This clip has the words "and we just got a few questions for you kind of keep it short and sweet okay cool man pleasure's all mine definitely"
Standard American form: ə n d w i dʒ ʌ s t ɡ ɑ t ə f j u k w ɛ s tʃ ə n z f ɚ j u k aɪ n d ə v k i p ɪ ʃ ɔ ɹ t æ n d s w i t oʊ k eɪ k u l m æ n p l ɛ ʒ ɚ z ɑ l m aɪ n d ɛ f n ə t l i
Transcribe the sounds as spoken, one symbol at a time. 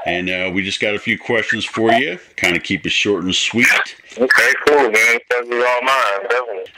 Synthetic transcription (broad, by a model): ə n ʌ w i dʒ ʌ s ɡ ɑ t ə f j u k w ɛ s tʃ ə n z f ɚ j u k aɪ n d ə k i p ɪ ʃ ɔ ɹ t n s w i t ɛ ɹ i k u l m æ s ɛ z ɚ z ɑ l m aɪ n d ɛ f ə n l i